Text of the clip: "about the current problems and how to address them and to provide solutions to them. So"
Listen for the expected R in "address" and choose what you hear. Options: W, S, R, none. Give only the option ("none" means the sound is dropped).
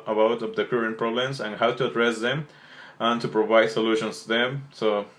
R